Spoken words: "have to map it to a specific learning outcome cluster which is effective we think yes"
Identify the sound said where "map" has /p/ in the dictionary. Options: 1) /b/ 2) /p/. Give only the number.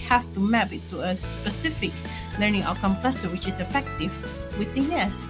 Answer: 1